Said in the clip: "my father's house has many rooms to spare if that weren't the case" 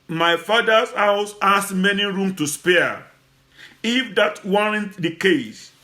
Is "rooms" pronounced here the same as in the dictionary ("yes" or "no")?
no